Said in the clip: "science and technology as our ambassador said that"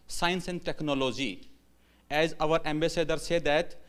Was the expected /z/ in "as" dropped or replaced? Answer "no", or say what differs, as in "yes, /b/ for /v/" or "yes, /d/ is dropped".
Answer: no